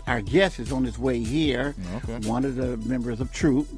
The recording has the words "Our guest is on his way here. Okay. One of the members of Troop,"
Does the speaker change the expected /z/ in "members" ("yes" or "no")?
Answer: no